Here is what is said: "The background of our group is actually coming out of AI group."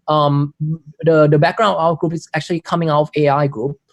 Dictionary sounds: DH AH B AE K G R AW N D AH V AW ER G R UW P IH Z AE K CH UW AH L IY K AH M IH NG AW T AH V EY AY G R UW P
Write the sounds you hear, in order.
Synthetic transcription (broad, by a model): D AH B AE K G R AW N AH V AW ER G R UW P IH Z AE K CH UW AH L IY K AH M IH NG AW T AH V EY AY G R UW P